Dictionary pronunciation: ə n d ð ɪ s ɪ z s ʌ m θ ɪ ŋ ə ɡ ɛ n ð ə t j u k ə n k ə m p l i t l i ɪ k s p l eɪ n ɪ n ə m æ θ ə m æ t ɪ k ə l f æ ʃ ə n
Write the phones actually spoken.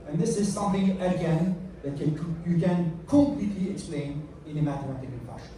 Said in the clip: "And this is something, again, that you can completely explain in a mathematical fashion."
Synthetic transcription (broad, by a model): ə n ð ɪ s ɪ z s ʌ m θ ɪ ŋ ə ɡ ɛ n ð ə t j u k ə n k ə m p l i t l i ɪ k s p l eɪ n ɪ n ə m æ t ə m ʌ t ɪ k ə n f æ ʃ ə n